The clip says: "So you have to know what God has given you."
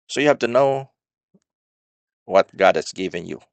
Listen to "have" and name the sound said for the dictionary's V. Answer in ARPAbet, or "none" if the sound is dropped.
F